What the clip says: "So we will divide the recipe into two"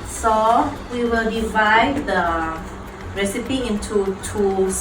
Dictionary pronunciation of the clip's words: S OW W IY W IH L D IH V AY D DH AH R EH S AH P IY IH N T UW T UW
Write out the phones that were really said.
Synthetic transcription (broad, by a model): S OW W IY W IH L D IH V AY D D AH R EH S AH P IY IH N T UW T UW